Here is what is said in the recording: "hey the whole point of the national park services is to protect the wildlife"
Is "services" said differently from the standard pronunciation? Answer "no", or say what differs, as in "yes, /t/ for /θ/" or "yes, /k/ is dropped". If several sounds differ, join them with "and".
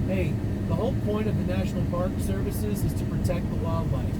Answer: no